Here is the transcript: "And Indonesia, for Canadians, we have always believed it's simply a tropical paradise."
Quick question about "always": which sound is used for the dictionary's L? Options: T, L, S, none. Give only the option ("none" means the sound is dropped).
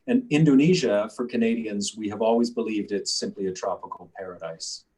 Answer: L